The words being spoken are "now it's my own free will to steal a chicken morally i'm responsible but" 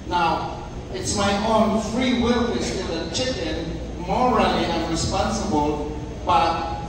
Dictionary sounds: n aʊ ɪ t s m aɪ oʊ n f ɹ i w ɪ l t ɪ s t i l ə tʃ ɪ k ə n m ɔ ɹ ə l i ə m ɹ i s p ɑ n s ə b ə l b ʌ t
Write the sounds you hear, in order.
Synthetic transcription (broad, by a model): n aʊ ɪ t s m aɪ oʊ n f ɹ i w ɪ l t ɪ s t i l ə tʃ ɪ k ə n m ɔ ɹ ə l i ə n ɹ i s p ɑ n s ə b ə l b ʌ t